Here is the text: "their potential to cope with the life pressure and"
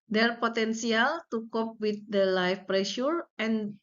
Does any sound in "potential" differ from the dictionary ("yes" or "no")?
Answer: yes